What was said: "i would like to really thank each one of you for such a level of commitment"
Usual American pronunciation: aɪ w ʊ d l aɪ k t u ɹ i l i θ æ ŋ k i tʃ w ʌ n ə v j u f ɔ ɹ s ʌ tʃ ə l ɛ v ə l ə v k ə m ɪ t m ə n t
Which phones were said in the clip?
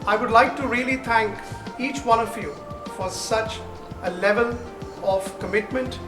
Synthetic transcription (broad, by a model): aɪ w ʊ d l aɪ k t u ɹ i l i t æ ŋ k i tʃ w ʌ n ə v j u f ɔ ɹ s ʌ tʃ ə l ɛ v ə l ə v k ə m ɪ t m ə n t